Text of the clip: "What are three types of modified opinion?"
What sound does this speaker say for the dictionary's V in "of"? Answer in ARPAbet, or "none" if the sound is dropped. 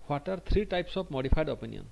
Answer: P